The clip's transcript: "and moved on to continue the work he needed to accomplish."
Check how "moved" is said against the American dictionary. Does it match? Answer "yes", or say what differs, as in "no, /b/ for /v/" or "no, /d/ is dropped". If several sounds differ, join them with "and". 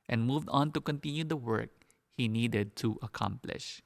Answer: yes